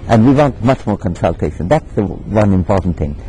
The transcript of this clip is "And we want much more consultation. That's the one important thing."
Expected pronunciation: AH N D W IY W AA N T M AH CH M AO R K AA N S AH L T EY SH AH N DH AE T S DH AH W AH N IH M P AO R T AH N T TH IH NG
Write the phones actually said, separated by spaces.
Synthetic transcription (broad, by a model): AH N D W IY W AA N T M AH CH M AO R K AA N S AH L T EY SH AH N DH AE T S DH AH W AH N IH M P AO R T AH N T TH IH NG